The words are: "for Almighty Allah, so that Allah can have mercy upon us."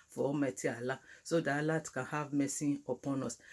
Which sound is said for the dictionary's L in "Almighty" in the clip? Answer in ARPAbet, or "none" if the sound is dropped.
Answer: none